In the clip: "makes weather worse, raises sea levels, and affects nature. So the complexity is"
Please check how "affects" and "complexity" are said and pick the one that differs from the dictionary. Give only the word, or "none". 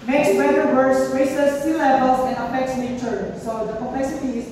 complexity